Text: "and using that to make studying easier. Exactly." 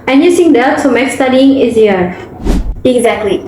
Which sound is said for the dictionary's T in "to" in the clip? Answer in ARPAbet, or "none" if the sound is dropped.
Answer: S